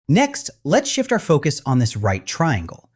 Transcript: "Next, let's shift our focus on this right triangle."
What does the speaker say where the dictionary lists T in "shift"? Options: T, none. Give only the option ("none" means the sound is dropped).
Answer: T